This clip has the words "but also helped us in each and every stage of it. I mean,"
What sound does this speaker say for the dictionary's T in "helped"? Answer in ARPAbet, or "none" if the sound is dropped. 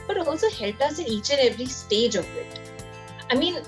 none